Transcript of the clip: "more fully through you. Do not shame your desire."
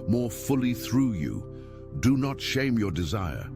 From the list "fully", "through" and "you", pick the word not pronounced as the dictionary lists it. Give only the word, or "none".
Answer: none